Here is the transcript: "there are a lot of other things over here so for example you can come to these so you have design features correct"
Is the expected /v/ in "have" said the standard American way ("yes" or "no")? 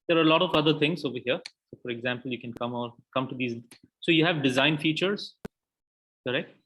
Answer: yes